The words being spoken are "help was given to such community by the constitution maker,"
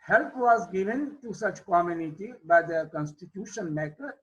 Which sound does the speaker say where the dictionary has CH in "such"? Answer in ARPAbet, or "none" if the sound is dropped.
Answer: CH